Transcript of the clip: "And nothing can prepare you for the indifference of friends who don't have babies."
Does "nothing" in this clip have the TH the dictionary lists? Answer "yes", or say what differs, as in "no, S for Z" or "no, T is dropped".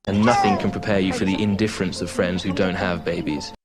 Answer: yes